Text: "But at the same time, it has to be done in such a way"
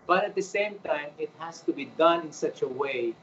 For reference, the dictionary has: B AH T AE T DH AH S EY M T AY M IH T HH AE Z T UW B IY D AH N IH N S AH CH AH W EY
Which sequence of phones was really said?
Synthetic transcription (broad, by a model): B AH T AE T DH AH S EY M T AY M IH T HH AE S T UW B IY D AH N IH N S AH CH AH W EY